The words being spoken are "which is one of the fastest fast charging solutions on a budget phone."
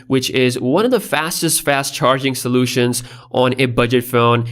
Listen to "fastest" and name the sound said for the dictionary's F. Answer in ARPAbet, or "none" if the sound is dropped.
F